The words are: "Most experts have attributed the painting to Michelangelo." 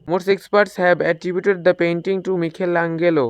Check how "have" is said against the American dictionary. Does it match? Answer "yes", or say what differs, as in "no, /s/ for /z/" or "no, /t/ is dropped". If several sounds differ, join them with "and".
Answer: no, /b/ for /v/